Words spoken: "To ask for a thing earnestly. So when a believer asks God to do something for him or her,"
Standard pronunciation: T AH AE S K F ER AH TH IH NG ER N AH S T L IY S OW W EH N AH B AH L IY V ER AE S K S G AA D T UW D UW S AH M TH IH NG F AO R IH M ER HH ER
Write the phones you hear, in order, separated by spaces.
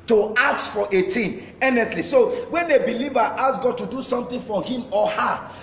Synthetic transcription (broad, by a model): T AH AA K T F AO AH T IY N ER N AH S T L IY S OW W EH N AH B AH L IY V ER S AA S G AA D T UW D UW S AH M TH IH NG F AO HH IH M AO HH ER